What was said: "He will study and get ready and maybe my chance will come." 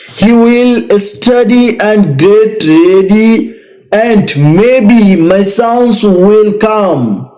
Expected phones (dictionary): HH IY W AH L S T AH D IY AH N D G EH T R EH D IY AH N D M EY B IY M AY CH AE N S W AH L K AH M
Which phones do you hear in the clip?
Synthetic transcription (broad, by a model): HH IY W AH L S T AH D IY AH N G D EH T R EH D IY AH N D M EY B IY M AY S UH N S W AH L K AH M